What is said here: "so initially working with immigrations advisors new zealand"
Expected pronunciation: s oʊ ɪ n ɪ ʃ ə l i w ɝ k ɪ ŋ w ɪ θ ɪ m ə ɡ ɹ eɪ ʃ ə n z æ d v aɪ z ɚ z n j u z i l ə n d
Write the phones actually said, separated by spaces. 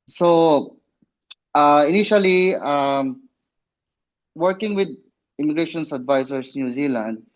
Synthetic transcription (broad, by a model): s oʊ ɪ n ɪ ʃ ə l i w ɝ k ɪ ŋ w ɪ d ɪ m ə ɡ ɹ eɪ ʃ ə n s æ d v aɪ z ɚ s n j u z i l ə n d